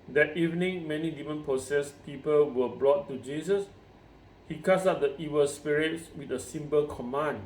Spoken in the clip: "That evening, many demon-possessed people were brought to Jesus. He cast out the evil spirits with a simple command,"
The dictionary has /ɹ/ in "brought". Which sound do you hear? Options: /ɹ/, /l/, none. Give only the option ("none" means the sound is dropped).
/l/